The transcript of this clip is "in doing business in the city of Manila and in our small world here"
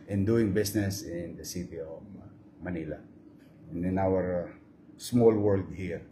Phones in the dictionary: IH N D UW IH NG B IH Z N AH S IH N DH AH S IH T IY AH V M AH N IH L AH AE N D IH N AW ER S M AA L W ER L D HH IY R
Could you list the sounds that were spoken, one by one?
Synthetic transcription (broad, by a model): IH N D UW IH NG B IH S N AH S IH N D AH S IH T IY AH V M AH N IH L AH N IH N AW ER S M AA L W ER L D HH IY R